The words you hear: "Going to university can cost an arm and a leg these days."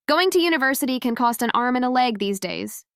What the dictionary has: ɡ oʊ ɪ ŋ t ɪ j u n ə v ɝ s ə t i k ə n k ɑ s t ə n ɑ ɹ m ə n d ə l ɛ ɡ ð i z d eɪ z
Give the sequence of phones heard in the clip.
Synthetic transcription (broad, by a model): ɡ oʊ ɪ ŋ t ɪ j u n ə v ɝ s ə t i k ə n k ɑ s t ə n ɑ ɹ m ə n ə l ɛ ɡ ð i z d eɪ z